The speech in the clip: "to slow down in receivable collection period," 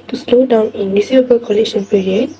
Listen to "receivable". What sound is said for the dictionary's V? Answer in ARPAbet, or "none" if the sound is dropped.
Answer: none